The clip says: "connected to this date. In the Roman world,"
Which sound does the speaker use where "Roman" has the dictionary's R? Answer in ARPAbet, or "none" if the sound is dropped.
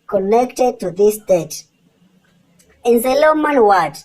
L